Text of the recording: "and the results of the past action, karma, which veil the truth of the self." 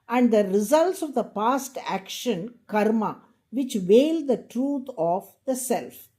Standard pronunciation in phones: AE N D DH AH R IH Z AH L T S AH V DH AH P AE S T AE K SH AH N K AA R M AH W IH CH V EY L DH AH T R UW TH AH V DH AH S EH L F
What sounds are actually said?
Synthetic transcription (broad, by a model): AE N D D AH R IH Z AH L T S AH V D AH P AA S T AE K SH AH N K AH R M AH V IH CH V EY L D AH T R UW T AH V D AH S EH L F